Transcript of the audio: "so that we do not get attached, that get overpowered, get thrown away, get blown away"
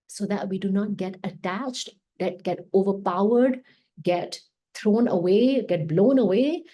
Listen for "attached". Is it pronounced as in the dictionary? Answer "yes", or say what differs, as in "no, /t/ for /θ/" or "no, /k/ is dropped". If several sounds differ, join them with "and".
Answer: yes